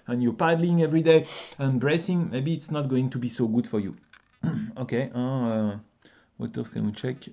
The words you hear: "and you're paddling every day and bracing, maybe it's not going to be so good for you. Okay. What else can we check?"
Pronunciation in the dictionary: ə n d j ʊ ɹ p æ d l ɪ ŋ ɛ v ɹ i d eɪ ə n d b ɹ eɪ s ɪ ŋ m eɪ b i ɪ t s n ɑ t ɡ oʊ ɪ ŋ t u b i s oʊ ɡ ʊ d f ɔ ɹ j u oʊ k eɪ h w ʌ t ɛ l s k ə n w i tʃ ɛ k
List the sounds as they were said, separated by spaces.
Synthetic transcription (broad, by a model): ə n j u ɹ p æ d l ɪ ŋ ɛ v ɹ i d eɪ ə n b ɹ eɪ s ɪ ŋ m eɪ b i t s n ɑ t ɡ oʊ ɪ ŋ t u b i s oʊ ɡ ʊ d f ɔ ɹ j u oʊ k eɪ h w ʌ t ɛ s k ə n w i tʃ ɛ k